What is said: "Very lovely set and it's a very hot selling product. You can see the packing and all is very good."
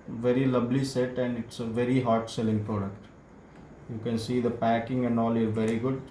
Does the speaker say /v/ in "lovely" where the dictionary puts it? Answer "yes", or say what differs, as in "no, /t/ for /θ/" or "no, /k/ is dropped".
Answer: no, /b/ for /v/